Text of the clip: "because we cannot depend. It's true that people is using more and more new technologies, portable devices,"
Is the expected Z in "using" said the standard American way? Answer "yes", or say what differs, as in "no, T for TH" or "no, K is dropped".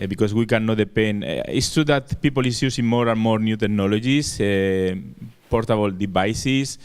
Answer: no, S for Z